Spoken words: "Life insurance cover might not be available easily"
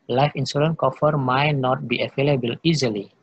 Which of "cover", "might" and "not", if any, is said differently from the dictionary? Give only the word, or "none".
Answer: cover